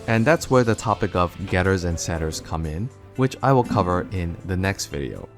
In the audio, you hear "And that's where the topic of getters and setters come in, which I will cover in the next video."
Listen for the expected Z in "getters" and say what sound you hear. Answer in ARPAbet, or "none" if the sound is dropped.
Z